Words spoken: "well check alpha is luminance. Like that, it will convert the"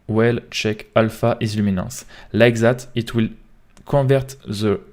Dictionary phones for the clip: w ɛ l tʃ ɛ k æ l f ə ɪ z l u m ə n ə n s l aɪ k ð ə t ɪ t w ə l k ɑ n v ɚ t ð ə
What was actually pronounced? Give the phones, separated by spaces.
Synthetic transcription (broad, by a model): w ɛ l tʃ ɛ k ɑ l f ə ɪ z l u m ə n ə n s l aɪ k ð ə t ɪ t w ə l k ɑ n v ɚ t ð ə